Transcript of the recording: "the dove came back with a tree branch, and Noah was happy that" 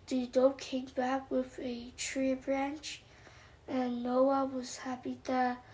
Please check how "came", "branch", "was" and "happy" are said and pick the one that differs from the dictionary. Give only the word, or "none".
none